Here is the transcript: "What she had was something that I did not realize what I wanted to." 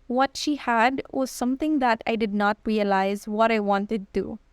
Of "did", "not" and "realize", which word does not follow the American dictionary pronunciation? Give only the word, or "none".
none